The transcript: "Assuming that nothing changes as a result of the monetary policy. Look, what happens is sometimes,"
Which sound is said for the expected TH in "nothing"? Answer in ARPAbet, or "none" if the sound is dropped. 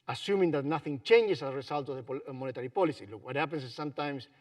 TH